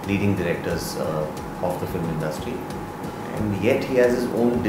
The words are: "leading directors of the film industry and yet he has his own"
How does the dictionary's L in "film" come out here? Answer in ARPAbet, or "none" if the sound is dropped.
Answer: L